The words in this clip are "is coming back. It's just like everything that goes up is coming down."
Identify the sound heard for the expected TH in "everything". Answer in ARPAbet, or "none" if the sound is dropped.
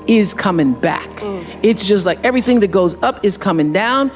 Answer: TH